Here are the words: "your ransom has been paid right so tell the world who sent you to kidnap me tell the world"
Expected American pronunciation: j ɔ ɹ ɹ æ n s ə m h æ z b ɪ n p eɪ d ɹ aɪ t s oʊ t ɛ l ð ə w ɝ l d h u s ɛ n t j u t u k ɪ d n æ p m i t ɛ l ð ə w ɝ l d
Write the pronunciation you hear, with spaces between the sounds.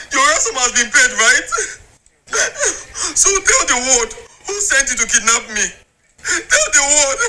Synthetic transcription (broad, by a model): j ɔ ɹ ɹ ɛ s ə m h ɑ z b ɪ n p eɪ d ɹ aɪ t s oʊ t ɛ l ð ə w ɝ d h u s ɛ n t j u t u k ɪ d n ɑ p m i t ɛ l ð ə w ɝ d